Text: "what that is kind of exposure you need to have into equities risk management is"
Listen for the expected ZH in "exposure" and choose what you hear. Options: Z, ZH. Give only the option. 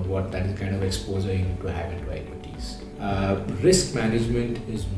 Z